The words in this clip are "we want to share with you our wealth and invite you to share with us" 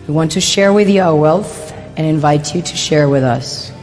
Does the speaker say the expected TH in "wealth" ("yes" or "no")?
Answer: yes